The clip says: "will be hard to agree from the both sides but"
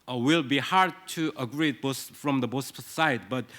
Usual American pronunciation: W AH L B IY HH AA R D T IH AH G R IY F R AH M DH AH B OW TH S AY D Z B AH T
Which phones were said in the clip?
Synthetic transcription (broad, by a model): W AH L B IY HH AA R D T IH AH G R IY F R AH M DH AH B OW S S AY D B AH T